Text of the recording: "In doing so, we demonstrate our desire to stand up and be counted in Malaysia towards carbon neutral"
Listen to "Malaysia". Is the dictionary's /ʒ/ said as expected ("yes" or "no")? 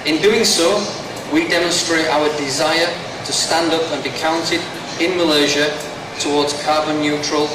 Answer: yes